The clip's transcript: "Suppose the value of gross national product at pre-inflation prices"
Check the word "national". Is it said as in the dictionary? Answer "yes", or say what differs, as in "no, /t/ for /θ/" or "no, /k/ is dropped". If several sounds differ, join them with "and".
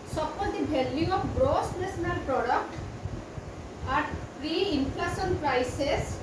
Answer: no, /s/ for /ʃ/